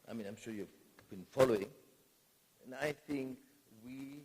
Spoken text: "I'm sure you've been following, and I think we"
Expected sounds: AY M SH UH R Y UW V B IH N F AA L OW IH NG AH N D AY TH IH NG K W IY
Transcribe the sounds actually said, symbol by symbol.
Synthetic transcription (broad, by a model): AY M SH UH R Y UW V B IH N F AA L OW IH NG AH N AY TH IH NG K W IY